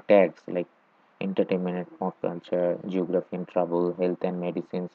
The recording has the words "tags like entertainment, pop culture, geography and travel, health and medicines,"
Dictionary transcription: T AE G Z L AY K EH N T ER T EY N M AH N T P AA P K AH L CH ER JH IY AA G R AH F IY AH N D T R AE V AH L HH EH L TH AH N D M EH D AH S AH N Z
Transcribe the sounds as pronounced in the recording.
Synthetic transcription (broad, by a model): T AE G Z L AY K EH N T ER T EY M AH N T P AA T K AH L CH ER JH IY AA G R AH F IY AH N T R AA B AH L HH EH L T AH N D M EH D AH S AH N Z